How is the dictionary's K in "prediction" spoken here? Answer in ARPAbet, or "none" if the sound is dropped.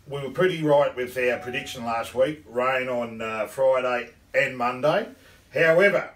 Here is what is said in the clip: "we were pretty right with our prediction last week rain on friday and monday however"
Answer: K